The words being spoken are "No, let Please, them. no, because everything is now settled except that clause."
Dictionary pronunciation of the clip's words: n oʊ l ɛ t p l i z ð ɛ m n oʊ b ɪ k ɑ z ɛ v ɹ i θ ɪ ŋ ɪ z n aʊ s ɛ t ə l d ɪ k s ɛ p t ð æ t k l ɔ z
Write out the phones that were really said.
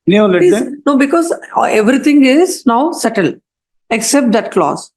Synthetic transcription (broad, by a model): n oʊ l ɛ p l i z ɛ n oʊ b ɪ k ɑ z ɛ v ɹ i t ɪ ŋ ɪ z n aʊ s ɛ t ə l ɪ k s ɛ p t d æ t k l ɔ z